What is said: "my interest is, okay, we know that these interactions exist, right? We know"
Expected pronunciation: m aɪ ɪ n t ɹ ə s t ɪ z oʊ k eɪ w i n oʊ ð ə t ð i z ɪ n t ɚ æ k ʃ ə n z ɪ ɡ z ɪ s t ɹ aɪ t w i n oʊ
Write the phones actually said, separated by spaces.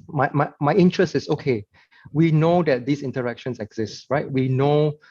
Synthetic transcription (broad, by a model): m aɪ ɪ n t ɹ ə s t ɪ s oʊ k eɪ w i n oʊ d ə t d i s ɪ n t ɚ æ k ʃ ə n s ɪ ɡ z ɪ s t ɹ aɪ t w i n oʊ